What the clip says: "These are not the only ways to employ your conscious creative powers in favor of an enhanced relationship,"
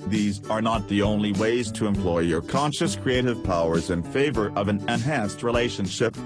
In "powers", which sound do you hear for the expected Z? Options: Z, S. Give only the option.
Z